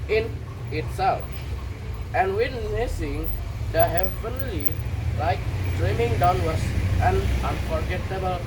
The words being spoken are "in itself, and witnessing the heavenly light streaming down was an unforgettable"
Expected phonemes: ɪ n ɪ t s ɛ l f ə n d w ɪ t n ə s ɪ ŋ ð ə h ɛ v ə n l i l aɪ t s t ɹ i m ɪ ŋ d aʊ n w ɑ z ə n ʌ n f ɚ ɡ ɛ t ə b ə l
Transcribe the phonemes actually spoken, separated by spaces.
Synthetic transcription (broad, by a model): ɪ n ɪ t s ɛ l f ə n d w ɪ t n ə s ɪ ŋ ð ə h ɛ v ə n l i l aɪ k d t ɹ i m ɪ ŋ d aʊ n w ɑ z ə n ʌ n f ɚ ɡ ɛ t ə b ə l